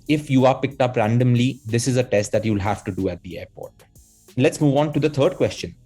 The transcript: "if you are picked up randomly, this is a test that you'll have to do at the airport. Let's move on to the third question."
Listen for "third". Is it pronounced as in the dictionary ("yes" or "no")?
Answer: no